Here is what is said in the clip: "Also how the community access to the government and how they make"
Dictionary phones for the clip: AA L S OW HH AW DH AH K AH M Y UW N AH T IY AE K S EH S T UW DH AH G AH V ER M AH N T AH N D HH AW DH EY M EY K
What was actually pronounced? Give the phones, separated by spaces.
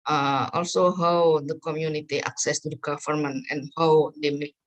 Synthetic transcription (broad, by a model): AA L S OW HH AW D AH K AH M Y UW N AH T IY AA K S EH S T UW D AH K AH F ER M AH N AH N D HH AW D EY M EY